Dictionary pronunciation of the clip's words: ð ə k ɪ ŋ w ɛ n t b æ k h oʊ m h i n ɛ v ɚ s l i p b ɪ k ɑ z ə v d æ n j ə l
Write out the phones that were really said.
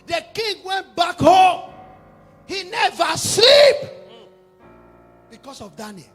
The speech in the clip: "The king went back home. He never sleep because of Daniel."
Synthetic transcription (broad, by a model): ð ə k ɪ ŋ w ɛ n t b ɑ k h oʊ m h i n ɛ v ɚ s l i p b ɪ k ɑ s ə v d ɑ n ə